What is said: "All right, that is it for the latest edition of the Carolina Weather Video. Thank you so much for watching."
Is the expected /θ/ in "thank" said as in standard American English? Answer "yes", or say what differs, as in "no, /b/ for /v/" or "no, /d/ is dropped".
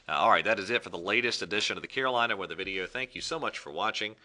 yes